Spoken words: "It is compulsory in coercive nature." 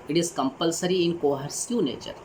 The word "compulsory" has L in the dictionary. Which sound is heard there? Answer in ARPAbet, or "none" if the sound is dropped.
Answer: L